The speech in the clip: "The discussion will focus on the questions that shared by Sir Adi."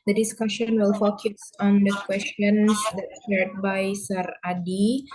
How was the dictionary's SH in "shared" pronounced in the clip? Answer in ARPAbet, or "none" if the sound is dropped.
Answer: S